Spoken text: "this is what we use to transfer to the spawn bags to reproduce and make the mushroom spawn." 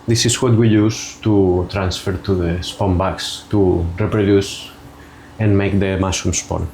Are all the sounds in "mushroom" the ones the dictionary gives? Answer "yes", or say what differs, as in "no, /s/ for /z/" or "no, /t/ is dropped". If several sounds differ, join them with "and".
no, /ɹ/ is dropped